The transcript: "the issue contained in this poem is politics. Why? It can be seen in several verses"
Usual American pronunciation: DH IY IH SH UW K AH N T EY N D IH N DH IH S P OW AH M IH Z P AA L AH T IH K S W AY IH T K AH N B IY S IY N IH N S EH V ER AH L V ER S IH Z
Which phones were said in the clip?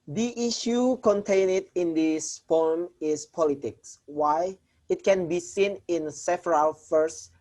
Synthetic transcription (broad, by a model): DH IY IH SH UW K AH N T EY N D IH N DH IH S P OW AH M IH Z P AA L AH T IH K S W AY IH T K AH N B IY S IY N IH N S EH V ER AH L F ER S